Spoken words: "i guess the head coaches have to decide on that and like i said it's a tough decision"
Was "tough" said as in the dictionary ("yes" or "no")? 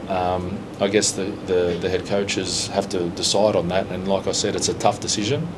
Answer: yes